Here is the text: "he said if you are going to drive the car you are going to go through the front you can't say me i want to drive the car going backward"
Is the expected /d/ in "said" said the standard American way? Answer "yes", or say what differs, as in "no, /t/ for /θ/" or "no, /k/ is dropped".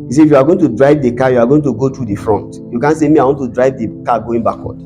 no, /d/ is dropped